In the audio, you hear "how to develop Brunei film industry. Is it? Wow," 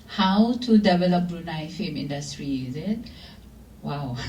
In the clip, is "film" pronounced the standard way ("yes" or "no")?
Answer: no